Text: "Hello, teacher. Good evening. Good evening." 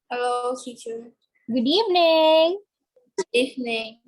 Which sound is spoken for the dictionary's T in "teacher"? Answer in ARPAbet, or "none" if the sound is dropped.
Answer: S